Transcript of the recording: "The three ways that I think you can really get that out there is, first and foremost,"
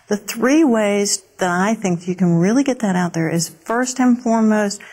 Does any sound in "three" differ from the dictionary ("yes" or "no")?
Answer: no